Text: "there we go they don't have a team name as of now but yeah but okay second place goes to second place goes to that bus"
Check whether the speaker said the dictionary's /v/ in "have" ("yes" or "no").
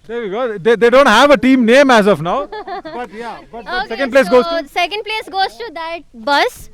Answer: yes